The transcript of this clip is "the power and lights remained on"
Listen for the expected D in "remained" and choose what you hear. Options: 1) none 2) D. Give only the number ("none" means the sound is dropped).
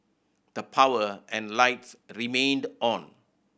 2